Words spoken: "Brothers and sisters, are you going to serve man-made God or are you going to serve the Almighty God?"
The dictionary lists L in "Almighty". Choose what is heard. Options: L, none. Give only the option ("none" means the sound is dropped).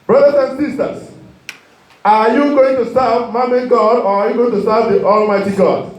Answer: L